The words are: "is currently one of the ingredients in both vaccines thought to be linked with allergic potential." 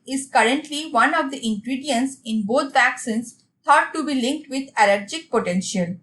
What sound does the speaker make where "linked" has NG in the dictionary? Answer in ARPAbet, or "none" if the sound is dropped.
NG